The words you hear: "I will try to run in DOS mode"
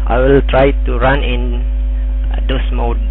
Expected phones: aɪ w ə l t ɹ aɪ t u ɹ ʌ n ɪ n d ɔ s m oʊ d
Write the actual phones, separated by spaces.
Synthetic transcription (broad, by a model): aɪ w ə l t ɹ aɪ t u ɹ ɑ n ɪ n d ɔ s m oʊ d